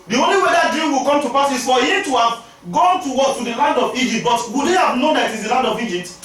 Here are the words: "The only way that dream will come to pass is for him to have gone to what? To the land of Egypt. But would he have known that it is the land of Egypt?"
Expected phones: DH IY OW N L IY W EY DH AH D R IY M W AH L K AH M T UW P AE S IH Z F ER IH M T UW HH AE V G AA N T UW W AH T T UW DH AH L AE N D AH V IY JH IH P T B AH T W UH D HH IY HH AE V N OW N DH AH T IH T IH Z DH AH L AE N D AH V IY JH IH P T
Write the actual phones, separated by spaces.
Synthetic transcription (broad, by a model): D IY OW N L IY W EY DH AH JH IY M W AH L K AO M T UW P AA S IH S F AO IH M T UW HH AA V G AA N T UW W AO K T UW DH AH L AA N D AH V IY JH IH P T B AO T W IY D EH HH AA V N OW N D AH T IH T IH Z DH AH L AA N D AH V IY JH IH P T